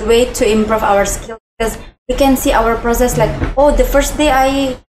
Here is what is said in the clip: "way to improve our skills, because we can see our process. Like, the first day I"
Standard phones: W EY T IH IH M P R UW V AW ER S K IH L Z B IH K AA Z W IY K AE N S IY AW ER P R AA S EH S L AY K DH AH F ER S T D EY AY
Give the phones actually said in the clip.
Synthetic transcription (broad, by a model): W EY T IH IH M P R UW V AW ER S K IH L B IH K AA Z W IY K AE N S IY AW ER P R AA S EH S L AY K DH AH F ER S T D EY AY